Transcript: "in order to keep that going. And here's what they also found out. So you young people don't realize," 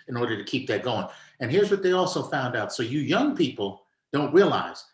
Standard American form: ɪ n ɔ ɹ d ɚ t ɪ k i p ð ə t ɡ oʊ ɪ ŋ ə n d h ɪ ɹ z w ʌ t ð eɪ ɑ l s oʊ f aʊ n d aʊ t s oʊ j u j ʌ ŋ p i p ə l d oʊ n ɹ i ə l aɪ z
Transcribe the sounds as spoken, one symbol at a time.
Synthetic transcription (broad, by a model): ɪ n ɔ ɹ d ɚ t ɪ k i p ð ə t ɡ oʊ ɪ ŋ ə n h ɪ ɹ z w ʌ t ð eɪ ɑ l s oʊ f aʊ n d aʊ t s oʊ j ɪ j ʌ ŋ p i p l d oʊ n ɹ i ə l aɪ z